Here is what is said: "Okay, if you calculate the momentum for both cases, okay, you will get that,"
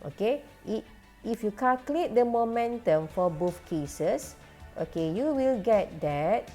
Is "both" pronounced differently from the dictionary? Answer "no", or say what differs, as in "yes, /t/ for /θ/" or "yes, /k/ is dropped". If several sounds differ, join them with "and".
yes, /f/ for /θ/